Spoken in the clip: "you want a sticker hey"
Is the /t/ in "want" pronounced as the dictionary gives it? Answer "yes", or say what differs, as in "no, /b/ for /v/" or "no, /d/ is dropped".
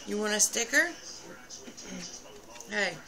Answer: no, /t/ is dropped